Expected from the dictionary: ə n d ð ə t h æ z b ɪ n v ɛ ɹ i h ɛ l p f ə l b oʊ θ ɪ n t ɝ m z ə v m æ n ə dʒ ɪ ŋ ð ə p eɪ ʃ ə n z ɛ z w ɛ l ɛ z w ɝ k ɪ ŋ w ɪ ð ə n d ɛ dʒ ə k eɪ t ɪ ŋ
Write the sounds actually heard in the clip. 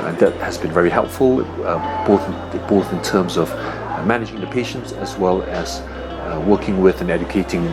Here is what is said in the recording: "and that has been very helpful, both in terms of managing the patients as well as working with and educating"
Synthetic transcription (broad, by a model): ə n ð ə t h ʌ z b ɪ n v ɛ ɹ i h ɛ l p f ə l b oʊ θ ɪ n t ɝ m z ə v m æ n ə dʒ ɪ ŋ ð ə p eɪ ʃ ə n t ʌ z w ɛ l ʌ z w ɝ k ɪ ŋ w ɪ ð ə n ɛ dʒ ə k eɪ t ɪ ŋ